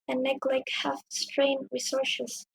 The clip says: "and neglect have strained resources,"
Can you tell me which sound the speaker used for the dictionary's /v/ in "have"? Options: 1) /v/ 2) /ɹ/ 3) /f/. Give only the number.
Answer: 3